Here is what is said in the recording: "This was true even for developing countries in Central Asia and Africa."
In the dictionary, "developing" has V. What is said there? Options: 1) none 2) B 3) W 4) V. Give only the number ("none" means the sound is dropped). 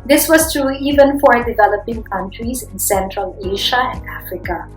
4